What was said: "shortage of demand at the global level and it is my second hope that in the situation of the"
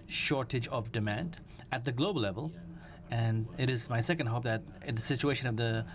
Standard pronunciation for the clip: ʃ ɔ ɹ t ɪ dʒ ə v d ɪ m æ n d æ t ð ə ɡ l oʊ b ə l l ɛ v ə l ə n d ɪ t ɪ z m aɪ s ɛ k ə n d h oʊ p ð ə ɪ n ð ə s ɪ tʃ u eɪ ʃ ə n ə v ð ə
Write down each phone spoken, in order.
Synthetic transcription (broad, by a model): ʃ ɔ ɹ t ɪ dʒ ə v d ɪ m æ n d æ t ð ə ɡ l oʊ ə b l ɛ v ə l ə n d ɪ t ɪ z m aɪ s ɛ k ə n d h oʊ p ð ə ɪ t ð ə s ɪ tʃ u eɪ ʃ ə n ə v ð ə